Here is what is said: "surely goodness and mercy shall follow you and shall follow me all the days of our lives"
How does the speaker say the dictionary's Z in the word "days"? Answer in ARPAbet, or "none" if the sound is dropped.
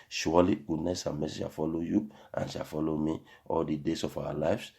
S